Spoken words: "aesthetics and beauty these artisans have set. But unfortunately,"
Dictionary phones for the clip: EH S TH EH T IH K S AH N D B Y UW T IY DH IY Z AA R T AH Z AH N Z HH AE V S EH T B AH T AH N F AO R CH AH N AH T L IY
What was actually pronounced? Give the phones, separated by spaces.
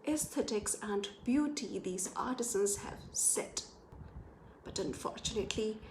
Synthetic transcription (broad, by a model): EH S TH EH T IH K S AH N B Y UW T IY DH IY Z AA R T AH Z AH N Z HH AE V S EH T B AH T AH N F AO R CH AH N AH T L IY